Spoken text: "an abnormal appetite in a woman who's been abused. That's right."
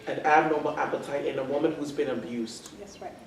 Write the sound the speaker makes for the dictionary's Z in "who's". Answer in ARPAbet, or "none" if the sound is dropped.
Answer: Z